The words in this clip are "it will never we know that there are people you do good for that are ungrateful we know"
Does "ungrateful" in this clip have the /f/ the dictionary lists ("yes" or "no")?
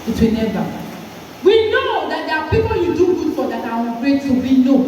no